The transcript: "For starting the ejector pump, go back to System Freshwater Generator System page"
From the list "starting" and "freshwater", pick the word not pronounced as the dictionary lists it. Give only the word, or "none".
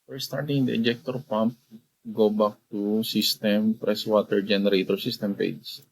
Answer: freshwater